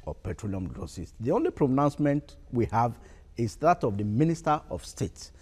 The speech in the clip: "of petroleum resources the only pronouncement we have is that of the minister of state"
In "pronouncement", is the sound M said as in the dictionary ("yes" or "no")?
yes